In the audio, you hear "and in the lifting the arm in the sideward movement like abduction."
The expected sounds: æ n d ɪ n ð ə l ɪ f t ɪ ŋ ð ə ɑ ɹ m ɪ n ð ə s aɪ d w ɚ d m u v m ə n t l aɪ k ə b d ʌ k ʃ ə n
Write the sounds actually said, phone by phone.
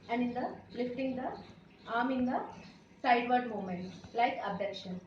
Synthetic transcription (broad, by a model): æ n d ɪ n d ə l ɪ f t ɪ ŋ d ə ɑ ɹ m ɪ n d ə s aɪ d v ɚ d m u m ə n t l aɪ k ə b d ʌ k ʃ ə n